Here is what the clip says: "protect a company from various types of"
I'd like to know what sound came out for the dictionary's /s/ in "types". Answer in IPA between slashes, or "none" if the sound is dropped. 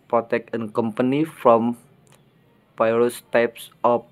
/s/